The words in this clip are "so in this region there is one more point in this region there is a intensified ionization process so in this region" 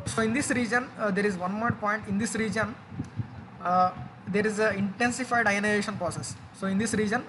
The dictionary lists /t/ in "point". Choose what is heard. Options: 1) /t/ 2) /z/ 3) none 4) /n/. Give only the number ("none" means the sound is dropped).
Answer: 1